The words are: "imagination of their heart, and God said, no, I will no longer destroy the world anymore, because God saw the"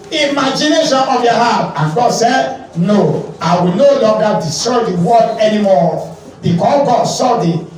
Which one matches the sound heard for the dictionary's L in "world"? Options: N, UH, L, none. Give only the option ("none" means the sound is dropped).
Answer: none